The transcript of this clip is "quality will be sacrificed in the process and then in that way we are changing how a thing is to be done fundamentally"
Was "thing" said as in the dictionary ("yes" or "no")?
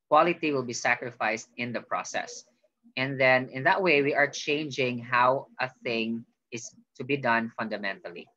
yes